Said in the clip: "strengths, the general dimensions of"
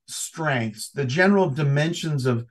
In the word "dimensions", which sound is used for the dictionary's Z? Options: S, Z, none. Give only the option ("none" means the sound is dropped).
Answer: Z